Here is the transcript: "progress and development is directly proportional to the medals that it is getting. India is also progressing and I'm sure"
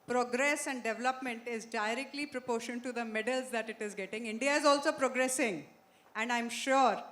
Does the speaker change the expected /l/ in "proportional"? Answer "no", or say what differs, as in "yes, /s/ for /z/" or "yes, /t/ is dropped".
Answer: yes, /n/ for /l/